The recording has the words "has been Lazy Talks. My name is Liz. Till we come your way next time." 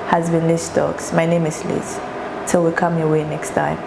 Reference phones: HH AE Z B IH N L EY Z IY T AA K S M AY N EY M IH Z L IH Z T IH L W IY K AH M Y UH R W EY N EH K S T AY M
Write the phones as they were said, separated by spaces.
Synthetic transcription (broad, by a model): HH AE Z B IH N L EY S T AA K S M AY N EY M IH S L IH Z T IH L W IY K AH M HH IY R W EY N EH K S T AY M